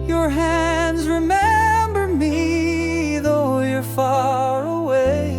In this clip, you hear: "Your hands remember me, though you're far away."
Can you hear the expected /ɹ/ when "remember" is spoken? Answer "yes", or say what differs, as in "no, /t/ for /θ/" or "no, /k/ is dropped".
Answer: yes